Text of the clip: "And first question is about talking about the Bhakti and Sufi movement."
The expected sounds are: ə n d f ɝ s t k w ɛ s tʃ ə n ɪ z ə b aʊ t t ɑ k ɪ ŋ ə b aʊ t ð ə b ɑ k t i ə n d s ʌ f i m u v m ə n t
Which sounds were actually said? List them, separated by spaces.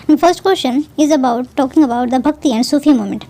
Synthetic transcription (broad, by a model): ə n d f ɝ s t k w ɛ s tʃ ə n ɪ z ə b aʊ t t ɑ k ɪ ŋ ə b aʊ t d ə b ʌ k t i ə n d s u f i m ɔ m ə n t